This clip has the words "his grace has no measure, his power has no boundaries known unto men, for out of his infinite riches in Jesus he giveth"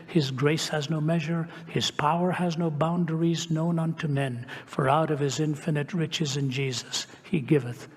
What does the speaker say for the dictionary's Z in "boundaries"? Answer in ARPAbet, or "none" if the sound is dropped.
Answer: Z